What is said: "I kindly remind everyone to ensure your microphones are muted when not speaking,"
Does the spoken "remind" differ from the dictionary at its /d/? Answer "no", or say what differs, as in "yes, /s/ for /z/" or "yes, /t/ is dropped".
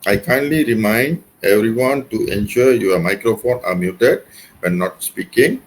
no